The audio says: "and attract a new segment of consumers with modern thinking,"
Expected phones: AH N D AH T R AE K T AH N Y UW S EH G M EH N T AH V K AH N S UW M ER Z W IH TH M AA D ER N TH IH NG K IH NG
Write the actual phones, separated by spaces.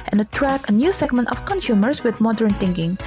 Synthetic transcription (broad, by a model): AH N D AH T R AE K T AH N Y UW S EH G M EH N T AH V K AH N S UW M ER S W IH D M AA D ER N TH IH NG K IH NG